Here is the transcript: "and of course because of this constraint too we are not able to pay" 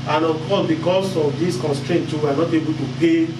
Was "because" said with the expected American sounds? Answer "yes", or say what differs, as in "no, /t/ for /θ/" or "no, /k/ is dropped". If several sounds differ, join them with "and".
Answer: no, /s/ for /z/